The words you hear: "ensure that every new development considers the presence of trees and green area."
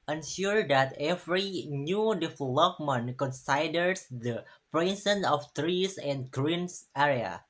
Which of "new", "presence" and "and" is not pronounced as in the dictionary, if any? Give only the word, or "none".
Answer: presence